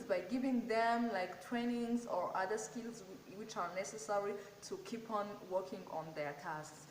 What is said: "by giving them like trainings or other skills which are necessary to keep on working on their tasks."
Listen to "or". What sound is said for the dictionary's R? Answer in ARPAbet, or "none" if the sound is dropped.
R